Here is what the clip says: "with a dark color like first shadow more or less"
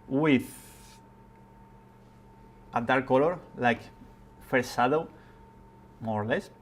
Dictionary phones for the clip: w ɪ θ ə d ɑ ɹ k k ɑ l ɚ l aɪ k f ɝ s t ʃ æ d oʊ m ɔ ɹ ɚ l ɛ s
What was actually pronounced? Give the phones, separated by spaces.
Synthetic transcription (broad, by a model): w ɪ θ ə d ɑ ɹ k k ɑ l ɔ l aɪ k f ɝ t s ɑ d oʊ m ɔ ɹ l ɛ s